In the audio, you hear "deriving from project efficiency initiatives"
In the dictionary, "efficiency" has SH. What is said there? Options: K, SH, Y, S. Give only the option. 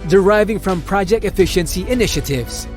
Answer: SH